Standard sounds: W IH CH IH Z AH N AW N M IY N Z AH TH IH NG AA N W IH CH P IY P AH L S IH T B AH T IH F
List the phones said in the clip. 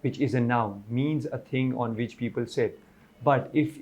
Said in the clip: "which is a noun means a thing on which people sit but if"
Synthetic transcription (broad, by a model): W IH CH IH Z AH N AW N M IY N Z AH T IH NG AA N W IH CH P IY P AH L S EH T B AH T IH F